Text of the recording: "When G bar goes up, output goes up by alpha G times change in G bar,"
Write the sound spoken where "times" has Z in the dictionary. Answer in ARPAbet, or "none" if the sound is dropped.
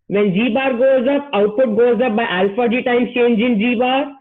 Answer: none